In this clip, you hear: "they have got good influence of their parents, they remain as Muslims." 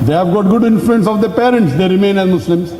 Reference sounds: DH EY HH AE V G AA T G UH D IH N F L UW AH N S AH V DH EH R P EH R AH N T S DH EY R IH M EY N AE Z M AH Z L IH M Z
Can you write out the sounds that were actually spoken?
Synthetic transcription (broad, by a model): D EY HH AE V G AA T G UH D IH N F L UW AH N S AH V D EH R P EH R AH N T S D EY R IH M EY N AE Z M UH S L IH M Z